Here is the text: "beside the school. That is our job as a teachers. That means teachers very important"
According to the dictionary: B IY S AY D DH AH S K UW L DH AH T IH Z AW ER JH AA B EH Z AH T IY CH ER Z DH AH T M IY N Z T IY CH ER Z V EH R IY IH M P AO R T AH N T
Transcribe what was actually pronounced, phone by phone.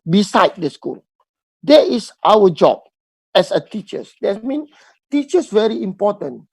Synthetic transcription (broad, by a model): B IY S AY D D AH S K UW L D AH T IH S AW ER JH AA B EH S AH T IY CH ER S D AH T M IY N T IY CH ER S V EH R IY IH M P AO T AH N